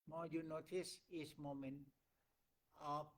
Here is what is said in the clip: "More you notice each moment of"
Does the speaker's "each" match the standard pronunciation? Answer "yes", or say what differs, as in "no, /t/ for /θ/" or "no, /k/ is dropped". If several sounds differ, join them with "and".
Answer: no, /s/ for /tʃ/